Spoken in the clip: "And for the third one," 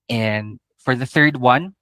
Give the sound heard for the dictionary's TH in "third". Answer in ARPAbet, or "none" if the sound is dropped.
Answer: TH